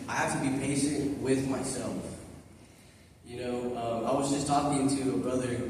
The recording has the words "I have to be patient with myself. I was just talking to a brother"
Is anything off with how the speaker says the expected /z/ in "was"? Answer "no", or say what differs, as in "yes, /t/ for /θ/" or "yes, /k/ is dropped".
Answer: no